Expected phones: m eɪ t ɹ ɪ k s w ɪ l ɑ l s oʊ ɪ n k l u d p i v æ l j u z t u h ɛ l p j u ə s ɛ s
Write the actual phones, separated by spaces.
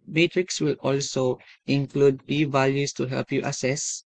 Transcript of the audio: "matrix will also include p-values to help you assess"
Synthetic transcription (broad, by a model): m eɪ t ɹ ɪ k s w ɪ l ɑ l s oʊ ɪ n k l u d p i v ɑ l j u s t u h ɛ l p j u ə s ɛ s